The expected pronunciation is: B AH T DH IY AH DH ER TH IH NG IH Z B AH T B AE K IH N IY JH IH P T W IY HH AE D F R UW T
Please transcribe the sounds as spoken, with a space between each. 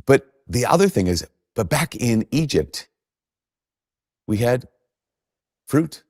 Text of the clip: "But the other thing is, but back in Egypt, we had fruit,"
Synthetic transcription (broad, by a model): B AH T DH IY AH DH ER TH IH NG IH Z B AH T B AE K IH N IY JH IH P T W IY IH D F R UW T